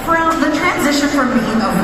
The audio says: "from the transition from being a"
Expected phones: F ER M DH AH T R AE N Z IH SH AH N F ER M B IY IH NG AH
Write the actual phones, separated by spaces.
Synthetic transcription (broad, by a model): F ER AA DH AH T R AE N Z IH SH AH N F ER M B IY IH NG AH